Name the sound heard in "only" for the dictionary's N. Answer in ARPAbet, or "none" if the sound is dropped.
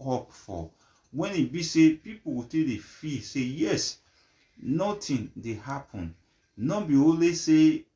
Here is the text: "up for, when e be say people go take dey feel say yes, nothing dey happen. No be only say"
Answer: none